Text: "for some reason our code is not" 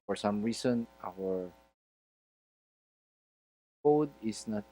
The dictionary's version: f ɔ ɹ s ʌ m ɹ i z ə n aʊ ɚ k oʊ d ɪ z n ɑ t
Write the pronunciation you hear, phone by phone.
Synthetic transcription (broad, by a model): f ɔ ɹ s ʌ m ɹ i s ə n aʊ ɚ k oʊ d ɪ s n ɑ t